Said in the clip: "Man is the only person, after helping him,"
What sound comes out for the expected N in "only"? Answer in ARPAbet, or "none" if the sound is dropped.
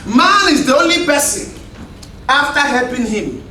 N